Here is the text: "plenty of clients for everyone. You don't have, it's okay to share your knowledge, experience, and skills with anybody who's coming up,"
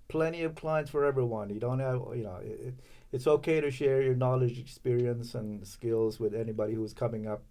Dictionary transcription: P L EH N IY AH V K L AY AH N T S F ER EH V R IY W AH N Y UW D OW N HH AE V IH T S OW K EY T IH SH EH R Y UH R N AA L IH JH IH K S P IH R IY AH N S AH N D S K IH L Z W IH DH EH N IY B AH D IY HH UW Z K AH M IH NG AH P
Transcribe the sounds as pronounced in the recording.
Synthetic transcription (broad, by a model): P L EH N IY AH V K L AY AH N T S F ER EH V R IY W AH N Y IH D OW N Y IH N IH T S OW K EY T IH SH EH R Y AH R N AA L IH JH IH K S P IH R IY AH N S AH N S K IH L Z W IH DH EH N IY B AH D IY HH UW Z K AH M IH NG AH P